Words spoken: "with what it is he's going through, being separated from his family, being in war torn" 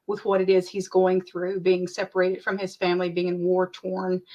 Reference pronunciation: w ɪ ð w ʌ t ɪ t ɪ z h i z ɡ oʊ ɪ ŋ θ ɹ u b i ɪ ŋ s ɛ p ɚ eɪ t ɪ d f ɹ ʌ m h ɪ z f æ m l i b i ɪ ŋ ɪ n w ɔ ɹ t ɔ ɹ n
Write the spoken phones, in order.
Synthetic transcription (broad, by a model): w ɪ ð w ʌ t ɪ t ɪ z h i z ɡ oʊ ɪ ŋ θ ɹ u b i ɪ ŋ s ɛ p ɚ eɪ t ɪ d f ɹ ʌ m ɪ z f æ m l i b i ɪ ŋ w ɔ ɹ t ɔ ɹ n